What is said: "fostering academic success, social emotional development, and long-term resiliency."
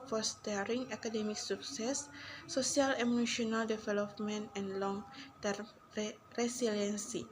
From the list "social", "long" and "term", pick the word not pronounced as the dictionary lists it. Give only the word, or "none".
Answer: social